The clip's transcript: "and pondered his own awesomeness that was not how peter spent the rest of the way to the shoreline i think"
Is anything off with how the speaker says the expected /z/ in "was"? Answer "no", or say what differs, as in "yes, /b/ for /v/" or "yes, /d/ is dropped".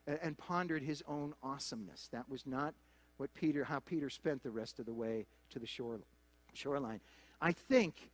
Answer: no